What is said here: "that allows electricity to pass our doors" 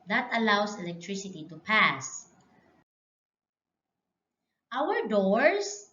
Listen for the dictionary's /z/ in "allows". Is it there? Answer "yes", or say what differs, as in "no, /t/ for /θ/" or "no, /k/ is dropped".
no, /s/ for /z/